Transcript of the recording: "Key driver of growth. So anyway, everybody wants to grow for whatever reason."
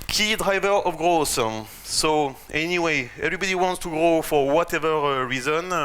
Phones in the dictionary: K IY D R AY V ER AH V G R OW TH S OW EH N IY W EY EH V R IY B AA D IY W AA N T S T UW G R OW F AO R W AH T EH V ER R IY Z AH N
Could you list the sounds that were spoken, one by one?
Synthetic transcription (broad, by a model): K IY D R AY V ER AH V G R OW S S OW EH N IY W EY EH V R IY B AA D IY W AA N T S T UW G R OW F AO R W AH T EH V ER R IY Z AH N